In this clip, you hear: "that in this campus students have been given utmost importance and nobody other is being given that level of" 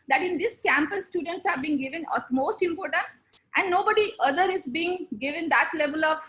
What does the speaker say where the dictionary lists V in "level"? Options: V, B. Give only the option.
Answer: V